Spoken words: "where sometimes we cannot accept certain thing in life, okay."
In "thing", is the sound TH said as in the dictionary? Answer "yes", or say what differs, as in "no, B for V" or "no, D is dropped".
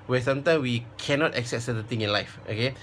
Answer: no, T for TH